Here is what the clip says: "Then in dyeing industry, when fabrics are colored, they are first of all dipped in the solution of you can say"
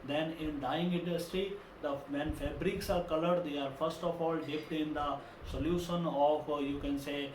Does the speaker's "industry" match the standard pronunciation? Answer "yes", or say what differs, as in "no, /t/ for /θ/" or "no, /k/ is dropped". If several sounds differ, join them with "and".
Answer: yes